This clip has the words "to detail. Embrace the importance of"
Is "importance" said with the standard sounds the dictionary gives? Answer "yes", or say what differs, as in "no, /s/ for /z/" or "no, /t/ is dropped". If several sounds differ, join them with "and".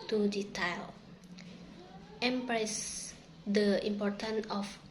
no, /s/ is dropped